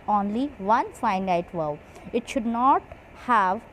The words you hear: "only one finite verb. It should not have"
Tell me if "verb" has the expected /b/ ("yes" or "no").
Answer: no